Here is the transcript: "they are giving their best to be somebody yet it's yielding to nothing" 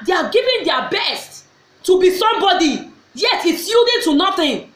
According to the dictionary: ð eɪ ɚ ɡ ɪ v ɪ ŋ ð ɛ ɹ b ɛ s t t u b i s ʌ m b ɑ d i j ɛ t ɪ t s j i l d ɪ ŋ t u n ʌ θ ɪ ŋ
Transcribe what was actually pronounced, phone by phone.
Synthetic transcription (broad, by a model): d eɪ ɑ ɡ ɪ v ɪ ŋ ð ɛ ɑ b ɛ s t t u b i s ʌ m b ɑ d i j ɛ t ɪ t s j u d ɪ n t u n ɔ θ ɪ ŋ